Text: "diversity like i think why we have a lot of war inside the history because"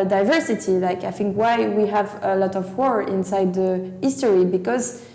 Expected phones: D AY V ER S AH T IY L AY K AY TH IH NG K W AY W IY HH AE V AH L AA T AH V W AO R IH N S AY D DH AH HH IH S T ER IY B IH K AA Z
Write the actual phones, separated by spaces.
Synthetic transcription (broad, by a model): D AY V ER S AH T IY L AY K AY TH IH NG K W AY W IY HH AE V AH L AA T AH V W AO R IH N S AY D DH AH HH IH S T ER IY B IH K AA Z